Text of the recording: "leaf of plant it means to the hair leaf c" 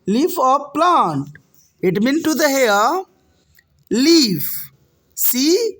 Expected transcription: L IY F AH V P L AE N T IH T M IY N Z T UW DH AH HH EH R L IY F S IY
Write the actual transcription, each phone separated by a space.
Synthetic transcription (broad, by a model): L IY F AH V P L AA N T IH T M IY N T UW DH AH HH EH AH L IY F S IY